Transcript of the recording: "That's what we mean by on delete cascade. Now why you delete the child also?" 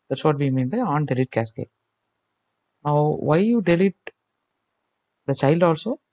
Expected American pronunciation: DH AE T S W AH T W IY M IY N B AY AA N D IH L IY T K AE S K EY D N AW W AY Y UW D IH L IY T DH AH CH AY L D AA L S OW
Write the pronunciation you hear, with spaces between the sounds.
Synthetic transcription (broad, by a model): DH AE T S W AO T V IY M IY N B AY AA N D IH L IY T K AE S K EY N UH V AY Y UW D IH L IY T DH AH CH AY L D AA L S OW